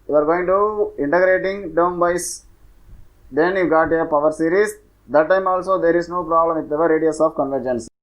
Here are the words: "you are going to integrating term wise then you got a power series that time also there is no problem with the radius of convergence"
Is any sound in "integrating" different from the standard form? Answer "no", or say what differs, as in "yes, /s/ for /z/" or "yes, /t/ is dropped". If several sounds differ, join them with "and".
no